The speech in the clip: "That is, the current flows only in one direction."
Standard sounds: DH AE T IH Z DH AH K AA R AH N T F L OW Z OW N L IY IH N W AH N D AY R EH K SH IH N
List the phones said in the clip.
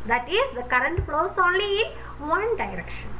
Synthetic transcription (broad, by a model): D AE T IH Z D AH K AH R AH N T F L OW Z OW N L IY IH N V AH N D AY R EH K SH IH N